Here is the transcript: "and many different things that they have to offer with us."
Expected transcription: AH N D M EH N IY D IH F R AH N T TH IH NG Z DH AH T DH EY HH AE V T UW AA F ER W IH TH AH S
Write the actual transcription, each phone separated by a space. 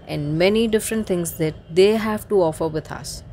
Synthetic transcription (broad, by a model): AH N D M EH N IY D IH F R AH N T T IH NG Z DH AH T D EY HH AE V T UW AA F ER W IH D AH S